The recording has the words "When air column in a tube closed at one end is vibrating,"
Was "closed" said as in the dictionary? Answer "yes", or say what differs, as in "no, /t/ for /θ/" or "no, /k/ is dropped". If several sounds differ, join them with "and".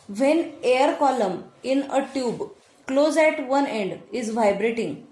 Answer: no, /d/ is dropped